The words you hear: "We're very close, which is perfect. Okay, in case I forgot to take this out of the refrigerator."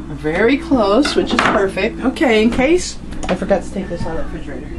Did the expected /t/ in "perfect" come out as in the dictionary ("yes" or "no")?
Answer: yes